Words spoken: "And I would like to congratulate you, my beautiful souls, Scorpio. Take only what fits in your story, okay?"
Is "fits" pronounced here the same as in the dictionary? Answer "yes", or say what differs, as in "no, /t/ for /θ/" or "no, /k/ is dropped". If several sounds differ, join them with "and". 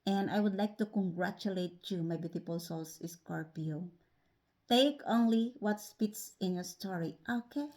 no, /p/ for /f/